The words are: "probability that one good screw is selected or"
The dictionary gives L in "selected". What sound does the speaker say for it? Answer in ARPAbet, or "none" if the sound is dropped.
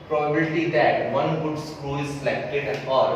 none